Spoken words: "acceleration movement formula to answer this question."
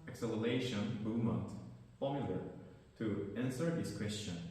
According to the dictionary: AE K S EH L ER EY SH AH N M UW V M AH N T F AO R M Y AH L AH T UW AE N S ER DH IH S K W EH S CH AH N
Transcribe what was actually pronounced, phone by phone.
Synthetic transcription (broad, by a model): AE K S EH L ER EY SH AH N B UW M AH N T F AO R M Y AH L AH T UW AE N S ER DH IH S K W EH S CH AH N